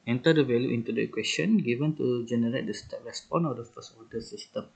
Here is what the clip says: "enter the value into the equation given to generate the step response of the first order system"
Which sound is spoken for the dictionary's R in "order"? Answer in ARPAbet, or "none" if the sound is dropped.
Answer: L